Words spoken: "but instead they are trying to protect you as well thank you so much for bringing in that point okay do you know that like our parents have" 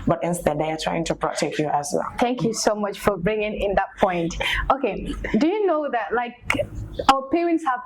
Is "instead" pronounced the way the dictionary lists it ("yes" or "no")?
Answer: yes